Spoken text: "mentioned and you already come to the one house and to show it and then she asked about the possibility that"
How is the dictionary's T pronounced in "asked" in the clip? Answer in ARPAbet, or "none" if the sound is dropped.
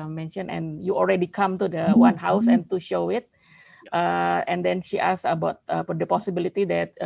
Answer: none